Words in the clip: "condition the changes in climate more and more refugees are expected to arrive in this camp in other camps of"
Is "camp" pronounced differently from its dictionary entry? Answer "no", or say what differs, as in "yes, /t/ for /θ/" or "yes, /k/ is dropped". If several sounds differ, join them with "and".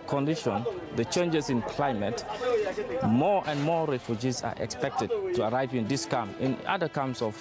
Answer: yes, /p/ is dropped